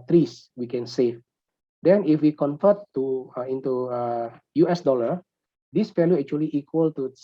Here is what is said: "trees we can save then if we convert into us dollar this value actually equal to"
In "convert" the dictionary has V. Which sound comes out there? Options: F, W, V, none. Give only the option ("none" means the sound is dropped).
F